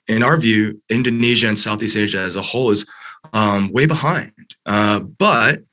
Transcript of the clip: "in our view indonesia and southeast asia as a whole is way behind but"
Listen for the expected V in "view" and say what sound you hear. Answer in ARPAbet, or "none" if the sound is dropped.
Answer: V